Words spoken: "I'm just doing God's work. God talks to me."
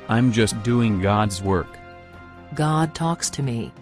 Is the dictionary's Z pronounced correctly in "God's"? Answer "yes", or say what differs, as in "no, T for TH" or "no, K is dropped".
yes